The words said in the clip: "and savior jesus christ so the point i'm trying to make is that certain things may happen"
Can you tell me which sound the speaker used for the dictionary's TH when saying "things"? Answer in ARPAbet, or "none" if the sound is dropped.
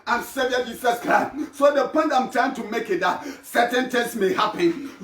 T